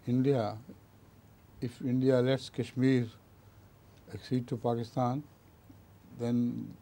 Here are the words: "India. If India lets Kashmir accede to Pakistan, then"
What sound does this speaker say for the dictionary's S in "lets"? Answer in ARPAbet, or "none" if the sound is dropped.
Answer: S